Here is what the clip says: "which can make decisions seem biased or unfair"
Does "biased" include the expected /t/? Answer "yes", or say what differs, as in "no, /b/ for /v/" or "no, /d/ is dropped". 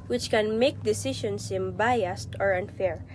yes